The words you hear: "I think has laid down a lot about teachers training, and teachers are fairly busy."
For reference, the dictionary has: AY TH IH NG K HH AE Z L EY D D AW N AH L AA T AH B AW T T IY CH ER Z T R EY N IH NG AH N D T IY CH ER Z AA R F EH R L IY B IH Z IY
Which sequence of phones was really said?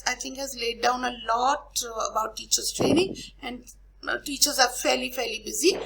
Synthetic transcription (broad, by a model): AY T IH NG K HH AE Z L EY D D AW N AH L AA T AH B AW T T IY CH ER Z T R EY N IH NG AH N D T IY CH ER Z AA L F EH R L IY B IH Z IY